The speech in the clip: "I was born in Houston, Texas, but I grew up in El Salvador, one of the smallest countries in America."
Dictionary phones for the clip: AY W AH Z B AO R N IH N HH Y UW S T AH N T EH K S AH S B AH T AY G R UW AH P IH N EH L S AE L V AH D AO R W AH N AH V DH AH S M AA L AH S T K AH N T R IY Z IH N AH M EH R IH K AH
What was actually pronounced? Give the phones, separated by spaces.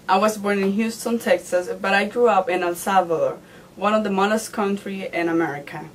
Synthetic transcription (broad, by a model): AY W AH Z B AO R N IH N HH Y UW S T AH N T EH K S AH S B AH T AY G R UW AH P IH N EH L S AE V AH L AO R W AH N AH V DH AH M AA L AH S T K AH N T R IY IH N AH M EH R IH K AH